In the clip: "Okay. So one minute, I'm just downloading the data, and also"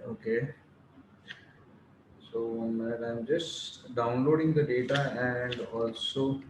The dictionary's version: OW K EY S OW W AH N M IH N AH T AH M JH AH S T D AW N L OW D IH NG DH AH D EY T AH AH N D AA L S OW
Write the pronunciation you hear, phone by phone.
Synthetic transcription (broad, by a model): OW K EY S OW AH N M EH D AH AH M JH AH S T D AW N L OW D IH NG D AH D EY T AH AH N D AA L S OW